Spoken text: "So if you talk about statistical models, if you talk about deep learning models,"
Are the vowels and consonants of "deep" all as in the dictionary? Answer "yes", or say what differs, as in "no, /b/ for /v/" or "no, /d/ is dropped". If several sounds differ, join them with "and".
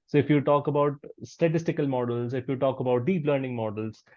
yes